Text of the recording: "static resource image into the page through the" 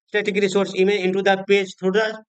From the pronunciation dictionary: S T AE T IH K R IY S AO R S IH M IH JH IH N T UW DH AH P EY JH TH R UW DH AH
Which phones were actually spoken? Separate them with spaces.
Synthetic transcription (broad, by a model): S T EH T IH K R IY S AO R S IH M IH IH N T UW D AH P EY JH T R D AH